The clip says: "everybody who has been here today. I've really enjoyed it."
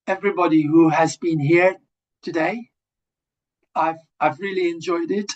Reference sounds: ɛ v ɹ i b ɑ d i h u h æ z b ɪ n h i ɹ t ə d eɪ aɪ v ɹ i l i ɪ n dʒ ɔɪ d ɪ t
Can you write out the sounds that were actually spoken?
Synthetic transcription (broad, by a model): ɛ v ɹ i b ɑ d i h u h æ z b ɪ n h i ɹ t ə d eɪ aɪ v ɹ i l i ɪ n dʒ ɔɪ d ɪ t